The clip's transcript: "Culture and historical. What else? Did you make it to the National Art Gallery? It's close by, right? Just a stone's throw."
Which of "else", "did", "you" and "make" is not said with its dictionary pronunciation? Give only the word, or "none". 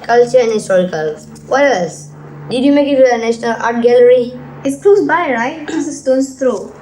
else